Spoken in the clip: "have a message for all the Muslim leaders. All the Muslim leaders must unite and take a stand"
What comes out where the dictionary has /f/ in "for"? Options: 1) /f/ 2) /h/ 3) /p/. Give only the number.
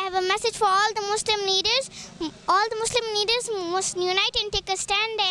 1